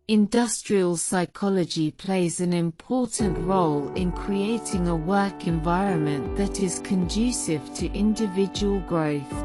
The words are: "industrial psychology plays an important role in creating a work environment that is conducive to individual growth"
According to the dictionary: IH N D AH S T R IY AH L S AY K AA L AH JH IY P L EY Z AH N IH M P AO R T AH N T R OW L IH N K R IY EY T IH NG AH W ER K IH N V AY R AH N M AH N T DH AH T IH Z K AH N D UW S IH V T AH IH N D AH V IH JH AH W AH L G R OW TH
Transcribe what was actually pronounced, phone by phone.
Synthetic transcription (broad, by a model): IH N D AH S T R IY AH L S AY K AA L AH JH IY P L EY Z AH N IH M P AO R T N T R OW L IH N K R IY EY T IH NG AH W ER K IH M V AY R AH N M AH N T DH AH T IH Z K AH N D UW S IH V T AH IH N D AH V IH JH AH W AH L G R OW TH